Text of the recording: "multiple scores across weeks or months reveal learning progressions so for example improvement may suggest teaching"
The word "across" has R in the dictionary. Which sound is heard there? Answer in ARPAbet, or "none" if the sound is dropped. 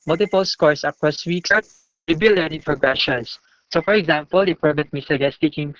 none